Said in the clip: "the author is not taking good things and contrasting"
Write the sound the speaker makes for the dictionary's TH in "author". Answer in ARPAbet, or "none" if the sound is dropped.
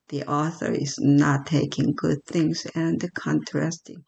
TH